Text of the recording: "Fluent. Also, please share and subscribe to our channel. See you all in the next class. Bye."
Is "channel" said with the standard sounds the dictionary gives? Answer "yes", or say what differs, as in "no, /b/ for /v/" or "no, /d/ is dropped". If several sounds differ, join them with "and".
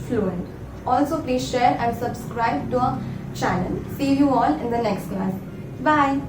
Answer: no, /n/ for /l/